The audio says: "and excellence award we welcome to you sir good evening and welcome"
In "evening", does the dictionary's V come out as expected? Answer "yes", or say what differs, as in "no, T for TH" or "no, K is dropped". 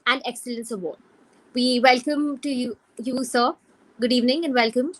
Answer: yes